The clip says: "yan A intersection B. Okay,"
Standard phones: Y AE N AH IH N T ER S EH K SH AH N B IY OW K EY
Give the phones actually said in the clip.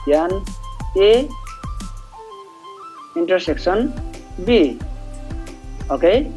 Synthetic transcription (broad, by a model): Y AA N AH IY N T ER S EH K S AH N B IY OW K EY